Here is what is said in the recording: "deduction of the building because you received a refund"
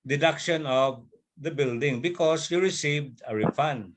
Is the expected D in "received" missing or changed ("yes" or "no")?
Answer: no